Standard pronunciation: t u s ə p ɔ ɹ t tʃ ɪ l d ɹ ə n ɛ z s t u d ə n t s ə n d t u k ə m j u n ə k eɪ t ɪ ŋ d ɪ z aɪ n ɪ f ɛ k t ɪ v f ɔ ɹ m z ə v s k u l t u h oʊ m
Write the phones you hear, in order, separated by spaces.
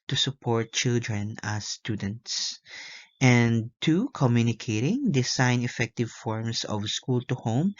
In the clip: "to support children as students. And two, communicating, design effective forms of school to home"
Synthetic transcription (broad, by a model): t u s ə p ɔ ɹ t tʃ ɪ l d ɹ ə n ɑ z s t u d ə n t s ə n t u k ə m j u n ə k eɪ t ɪ ŋ d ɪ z aɪ n ɪ f ɛ k t ɪ v f ɔ ɹ m s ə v s k u l t u h oʊ m